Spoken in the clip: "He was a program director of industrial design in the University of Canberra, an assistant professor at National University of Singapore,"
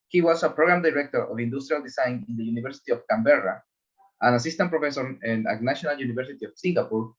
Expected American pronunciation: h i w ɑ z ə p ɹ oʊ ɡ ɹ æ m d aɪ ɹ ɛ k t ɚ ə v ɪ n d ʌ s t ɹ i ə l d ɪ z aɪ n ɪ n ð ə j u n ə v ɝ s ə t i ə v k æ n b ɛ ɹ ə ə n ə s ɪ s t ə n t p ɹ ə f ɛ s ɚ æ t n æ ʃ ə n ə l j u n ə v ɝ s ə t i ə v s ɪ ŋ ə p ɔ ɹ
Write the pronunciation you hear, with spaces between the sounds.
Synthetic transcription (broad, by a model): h i w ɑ s ə p ɹ oʊ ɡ ɹ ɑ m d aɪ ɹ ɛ k t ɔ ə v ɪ n d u s t ɹ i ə l d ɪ s aɪ n ɪ n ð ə j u n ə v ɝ s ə t i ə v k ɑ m b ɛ ɹ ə ə n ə s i s t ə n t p ɹ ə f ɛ s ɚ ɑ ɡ n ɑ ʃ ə n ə l j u n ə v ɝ s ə t i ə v s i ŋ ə p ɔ ɹ